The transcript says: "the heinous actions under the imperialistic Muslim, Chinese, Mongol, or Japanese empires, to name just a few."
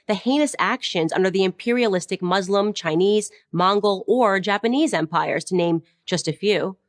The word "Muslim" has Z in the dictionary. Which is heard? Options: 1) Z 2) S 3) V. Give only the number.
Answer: 1